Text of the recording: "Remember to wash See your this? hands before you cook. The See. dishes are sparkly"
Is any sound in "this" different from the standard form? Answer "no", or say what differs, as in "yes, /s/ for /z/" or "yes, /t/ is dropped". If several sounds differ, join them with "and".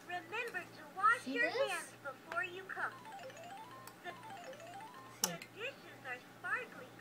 yes, /s/ is dropped